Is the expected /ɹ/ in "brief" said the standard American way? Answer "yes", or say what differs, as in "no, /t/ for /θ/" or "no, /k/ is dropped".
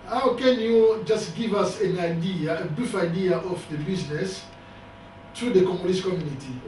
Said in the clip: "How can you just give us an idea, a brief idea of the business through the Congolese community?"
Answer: no, /ɹ/ is dropped